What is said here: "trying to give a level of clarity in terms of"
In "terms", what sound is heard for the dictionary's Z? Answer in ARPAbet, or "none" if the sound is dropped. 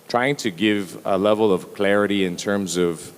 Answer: Z